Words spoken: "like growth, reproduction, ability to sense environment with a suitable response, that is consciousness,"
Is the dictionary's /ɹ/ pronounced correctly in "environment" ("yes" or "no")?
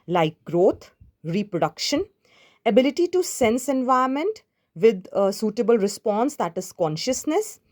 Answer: no